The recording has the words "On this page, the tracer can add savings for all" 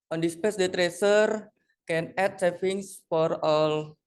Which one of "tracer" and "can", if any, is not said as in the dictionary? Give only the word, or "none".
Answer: none